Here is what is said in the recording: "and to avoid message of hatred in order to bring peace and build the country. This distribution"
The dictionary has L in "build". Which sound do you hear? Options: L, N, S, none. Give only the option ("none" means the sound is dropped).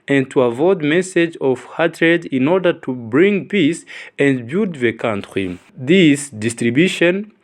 none